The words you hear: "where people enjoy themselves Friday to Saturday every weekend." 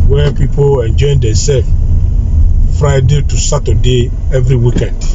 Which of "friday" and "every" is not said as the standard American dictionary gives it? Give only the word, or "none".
none